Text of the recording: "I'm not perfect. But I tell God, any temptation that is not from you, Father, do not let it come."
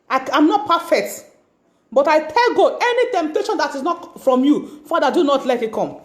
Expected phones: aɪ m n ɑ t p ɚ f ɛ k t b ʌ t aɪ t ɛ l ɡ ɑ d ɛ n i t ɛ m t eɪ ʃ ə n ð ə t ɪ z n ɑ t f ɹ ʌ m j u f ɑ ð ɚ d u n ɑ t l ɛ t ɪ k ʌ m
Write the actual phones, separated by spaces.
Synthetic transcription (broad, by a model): aɪ m n ɑ t p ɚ f ɛ k t b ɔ t aɪ t ɛ l ɡ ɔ ɛ n i t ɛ m t eɪ ʃ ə n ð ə t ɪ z n ɑ t f ɹ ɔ m j u f ɑ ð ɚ d u n ɑ t l ɛ t ɪ k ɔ m